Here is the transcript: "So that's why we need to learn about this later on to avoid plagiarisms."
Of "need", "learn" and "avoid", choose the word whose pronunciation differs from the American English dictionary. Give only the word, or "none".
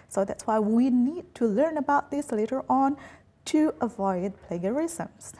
none